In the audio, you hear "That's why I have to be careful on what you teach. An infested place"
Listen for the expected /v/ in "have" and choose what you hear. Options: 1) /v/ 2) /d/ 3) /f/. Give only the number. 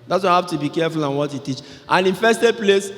3